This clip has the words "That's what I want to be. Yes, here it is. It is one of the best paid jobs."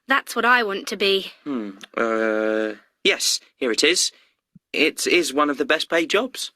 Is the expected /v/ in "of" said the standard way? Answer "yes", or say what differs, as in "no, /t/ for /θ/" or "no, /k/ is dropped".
yes